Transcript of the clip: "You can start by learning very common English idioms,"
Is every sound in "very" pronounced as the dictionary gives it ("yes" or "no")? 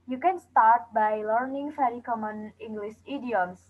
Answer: no